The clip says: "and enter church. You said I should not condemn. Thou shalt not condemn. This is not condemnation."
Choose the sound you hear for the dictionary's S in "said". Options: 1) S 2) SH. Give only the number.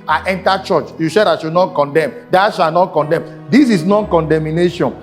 2